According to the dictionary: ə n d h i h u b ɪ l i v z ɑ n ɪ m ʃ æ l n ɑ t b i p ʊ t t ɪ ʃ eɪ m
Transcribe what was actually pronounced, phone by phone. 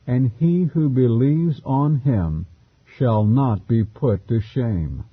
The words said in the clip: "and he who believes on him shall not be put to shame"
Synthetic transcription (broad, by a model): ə n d i h u b ɪ l i v z n ɪ m ʃ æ l n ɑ t b i p ʊ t t ɪ ʃ eɪ m